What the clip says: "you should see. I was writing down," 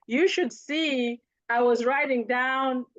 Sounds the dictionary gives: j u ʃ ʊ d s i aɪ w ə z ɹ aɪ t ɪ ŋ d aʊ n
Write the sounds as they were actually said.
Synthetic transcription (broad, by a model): j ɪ ʃ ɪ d s i aɪ w ə z ɹ aɪ t ɪ ŋ d aʊ n